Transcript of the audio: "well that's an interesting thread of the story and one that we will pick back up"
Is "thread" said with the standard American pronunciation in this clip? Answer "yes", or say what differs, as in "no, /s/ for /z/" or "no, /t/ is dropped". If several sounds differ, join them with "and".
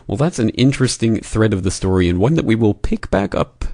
yes